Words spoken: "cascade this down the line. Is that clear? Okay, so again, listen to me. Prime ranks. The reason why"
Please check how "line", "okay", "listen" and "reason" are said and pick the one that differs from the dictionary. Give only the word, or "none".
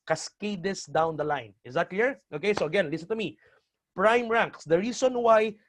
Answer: reason